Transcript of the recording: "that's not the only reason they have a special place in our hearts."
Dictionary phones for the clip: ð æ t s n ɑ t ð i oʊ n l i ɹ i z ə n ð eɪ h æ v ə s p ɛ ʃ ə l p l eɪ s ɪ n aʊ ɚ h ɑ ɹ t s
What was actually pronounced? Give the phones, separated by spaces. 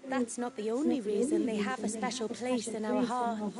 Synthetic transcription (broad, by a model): ð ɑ t s n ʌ t ð i oʊ n l i ɹ i z ə n ð eɪ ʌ v ə s p ɛ ʃ ə l p l eɪ s ɪ n aʊ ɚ h ɑ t